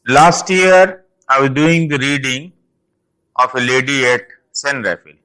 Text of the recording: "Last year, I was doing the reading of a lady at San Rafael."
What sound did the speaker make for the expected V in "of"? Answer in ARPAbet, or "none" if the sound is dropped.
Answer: F